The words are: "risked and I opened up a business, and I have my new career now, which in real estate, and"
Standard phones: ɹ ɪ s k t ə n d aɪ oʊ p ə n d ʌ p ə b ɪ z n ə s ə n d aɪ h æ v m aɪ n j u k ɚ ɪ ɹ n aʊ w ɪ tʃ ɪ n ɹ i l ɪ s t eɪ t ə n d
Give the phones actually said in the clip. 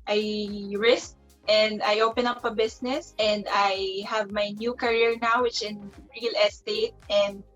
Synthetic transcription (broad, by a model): ɹ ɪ s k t ə n d aɪ oʊ p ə n ʌ p ə b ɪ s n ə s ə n d aɪ h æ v m aɪ n j u k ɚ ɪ ɹ n aʊ w ɪ tʃ ɪ n ɹ i l ɪ s t eɪ t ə n d